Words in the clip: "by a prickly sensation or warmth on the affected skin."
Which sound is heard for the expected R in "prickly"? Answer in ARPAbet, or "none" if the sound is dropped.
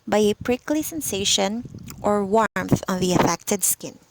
R